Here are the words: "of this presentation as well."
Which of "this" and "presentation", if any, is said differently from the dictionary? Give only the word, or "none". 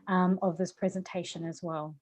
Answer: none